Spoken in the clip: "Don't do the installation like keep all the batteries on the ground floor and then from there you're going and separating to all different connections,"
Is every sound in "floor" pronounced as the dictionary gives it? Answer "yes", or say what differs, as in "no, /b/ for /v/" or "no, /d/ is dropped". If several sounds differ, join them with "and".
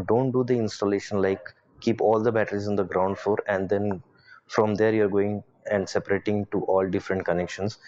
no, /l/ is dropped